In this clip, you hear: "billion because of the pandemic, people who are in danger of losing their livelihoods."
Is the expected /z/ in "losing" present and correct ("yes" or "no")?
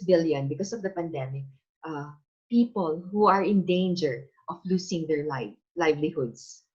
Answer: no